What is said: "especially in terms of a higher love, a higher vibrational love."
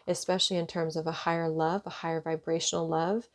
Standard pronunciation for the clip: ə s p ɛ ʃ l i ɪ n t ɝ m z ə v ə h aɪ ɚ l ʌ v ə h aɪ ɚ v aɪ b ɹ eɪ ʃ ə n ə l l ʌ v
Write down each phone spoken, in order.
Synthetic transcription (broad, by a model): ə s p ɛ ʃ l i ɪ n t ɝ m z ə v ə h aɪ ɚ l ʌ v ə h aɪ ɚ v aɪ b ɹ eɪ ʃ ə n l l ʌ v